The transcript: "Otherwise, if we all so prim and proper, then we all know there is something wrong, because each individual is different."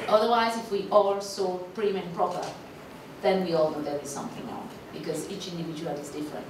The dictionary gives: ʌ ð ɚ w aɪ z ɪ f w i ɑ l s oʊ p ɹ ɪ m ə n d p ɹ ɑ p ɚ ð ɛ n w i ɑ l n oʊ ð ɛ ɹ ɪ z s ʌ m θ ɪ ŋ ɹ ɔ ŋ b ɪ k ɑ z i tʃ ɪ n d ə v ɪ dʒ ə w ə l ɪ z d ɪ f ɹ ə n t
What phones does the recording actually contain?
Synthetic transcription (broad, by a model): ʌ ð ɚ w aɪ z ɪ f w i ɑ l s oʊ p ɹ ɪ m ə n p ɹ ɑ p ɚ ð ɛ n w i ɑ l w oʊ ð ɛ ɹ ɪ s ʌ m θ ɪ ŋ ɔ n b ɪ k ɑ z i tʃ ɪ n d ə v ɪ dʒ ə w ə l ɪ z d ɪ f ɹ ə n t